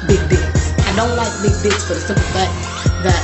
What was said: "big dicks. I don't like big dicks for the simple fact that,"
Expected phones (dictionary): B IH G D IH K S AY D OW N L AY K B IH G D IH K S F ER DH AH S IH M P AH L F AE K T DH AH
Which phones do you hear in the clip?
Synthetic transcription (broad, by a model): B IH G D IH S AY D OW N L AY K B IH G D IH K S F ER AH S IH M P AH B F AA T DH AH